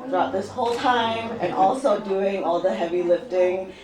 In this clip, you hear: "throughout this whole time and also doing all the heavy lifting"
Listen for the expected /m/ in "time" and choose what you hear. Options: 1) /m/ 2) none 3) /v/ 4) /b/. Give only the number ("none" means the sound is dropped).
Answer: 1